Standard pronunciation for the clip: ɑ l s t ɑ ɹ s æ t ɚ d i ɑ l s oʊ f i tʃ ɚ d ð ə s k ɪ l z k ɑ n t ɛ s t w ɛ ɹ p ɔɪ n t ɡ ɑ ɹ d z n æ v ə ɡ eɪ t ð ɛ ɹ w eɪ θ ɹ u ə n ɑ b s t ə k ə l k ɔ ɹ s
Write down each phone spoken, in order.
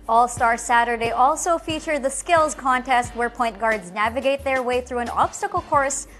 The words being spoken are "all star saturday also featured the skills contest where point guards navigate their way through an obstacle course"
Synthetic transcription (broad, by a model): ɑ l s t ɑ ɹ s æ t ɚ d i ɑ l s oʊ f i tʃ ɚ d ð ə s k ɪ l z k ɑ n t ɛ s t w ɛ ɹ p ɔɪ n t ɡ ɑ ɹ d z n æ v ə ɡ eɪ t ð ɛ ɹ w eɪ θ ɹ u ə n ɑ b s t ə k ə l k ɔ ɹ s